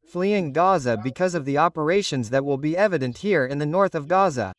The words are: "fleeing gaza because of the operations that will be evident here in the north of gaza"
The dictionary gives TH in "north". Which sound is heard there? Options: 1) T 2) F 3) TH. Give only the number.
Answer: 3